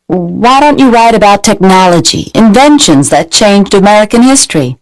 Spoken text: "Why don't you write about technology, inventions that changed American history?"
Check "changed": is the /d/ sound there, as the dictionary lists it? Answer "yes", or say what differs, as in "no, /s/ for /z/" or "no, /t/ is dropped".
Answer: yes